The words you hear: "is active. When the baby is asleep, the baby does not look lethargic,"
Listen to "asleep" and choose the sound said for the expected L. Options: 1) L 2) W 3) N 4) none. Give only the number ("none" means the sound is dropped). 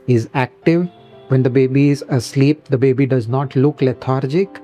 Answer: 1